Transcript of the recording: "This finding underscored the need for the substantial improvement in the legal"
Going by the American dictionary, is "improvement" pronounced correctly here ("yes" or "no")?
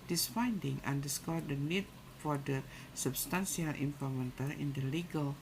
no